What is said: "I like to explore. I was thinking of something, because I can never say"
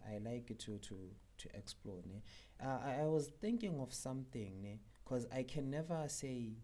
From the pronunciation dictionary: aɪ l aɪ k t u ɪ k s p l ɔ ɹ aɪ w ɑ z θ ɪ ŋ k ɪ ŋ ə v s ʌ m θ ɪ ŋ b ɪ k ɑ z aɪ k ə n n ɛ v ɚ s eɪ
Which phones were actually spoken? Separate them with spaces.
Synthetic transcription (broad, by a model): aɪ l aɪ k t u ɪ k s p l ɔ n aɪ w ɑ z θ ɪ ŋ k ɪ ŋ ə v s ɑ m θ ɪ ŋ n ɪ k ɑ z aɪ k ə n n ɛ v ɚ s eɪ